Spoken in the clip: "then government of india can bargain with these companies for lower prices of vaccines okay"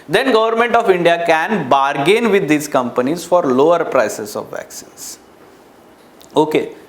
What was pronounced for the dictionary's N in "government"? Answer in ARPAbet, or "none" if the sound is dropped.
N